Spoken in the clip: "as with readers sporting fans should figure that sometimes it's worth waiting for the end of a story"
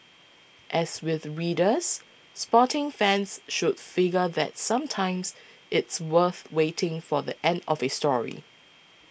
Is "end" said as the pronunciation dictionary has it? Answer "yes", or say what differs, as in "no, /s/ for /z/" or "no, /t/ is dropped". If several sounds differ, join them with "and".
yes